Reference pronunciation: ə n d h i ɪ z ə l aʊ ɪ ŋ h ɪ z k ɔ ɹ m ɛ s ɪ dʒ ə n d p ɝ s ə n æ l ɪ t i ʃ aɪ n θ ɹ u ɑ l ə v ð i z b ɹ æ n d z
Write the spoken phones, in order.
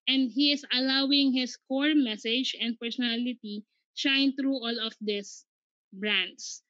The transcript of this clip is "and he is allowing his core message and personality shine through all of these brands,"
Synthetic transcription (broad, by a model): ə n d h i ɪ s ə l aʊ ɪ ŋ h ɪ s k ɔ ɹ m ɛ s ɪ dʒ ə n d p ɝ s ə n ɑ l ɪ t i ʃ aɪ n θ ɹ u ɑ l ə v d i s b ɹ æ n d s